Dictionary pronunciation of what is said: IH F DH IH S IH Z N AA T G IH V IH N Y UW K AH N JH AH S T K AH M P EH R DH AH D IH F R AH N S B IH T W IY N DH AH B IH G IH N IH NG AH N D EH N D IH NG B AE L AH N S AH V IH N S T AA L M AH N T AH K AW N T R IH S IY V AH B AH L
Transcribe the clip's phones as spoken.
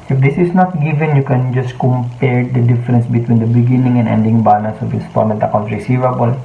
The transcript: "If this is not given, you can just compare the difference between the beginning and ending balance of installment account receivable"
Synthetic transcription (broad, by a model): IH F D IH S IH S N AA T G IH V IH N Y UW K AH N JH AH S K AH M P EH R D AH D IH F R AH N S B IH T W IY N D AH B IH G IH N IH NG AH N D EH N D IH NG B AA N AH S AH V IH S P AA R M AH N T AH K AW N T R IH S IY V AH B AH L